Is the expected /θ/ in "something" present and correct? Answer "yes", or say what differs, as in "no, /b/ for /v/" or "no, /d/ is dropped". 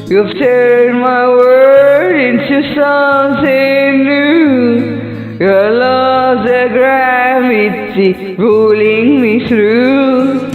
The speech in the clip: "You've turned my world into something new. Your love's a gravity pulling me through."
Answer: no, /s/ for /θ/